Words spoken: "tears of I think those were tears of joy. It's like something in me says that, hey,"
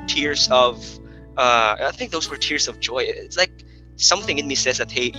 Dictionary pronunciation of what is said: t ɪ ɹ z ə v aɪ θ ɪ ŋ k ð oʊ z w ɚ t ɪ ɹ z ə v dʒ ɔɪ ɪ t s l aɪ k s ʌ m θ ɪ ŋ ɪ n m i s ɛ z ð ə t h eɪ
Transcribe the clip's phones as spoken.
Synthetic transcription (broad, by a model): t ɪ ɹ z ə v aɪ θ ɪ ŋ k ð oʊ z w ɚ t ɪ ɹ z ə v dʒ ɔɪ ɪ t s l aɪ k s ʌ m θ ɪ ŋ ɪ n m i s ɛ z ð ə t h eɪ